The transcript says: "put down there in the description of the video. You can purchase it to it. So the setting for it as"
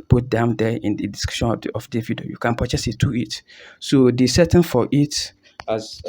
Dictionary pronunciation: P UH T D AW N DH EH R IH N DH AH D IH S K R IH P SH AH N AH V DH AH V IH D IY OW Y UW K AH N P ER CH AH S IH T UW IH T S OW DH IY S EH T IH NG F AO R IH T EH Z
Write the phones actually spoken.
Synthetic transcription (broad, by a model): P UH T D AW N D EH IH N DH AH D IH S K IH SH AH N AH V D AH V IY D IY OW Y UW K AH N P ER CH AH S IH T UW IH T S OW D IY S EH T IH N F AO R IH T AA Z